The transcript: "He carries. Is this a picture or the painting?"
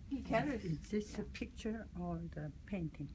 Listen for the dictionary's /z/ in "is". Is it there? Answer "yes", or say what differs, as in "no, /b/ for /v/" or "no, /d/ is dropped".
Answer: no, /s/ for /z/